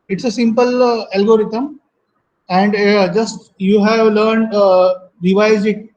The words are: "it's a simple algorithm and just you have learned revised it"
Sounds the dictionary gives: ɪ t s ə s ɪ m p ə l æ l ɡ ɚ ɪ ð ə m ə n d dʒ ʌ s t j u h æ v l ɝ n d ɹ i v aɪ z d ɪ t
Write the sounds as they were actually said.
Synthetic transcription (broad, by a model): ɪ t s ə s ɪ m p ə l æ l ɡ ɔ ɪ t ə m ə n d dʒ ʌ s t j u h æ v l ɝ n d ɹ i v aɪ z ɪ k